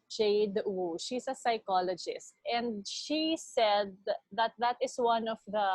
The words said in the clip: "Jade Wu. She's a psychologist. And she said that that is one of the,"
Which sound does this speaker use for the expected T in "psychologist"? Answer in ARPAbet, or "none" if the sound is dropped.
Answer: T